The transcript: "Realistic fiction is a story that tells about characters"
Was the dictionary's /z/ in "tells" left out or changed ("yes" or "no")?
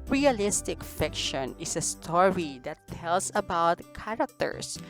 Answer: yes